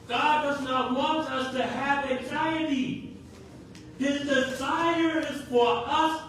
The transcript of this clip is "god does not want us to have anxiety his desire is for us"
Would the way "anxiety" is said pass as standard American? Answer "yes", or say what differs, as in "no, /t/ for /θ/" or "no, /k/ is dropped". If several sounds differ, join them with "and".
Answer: yes